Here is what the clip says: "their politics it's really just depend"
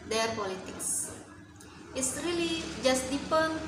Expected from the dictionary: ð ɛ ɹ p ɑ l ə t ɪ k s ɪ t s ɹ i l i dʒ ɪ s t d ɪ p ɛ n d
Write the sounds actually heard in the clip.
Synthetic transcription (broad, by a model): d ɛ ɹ p ɑ l ə t ɪ k s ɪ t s ɹ i l i dʒ ɪ s t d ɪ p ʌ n